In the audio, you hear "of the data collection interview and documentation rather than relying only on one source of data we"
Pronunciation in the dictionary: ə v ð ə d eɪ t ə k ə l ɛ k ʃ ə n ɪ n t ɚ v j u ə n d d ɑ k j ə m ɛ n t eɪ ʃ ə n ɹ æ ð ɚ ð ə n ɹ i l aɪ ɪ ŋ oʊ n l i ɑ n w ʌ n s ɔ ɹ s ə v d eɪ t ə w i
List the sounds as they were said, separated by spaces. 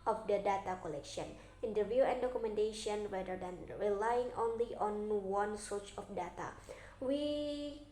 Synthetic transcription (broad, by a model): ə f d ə d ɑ t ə k ə l ɛ k ʃ ə n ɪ n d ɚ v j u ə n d d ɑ k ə m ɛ n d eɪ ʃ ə n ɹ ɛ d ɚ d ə n ɹ i l aɪ ɪ ŋ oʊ n l i ɑ n w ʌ n s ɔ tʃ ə f d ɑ t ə w i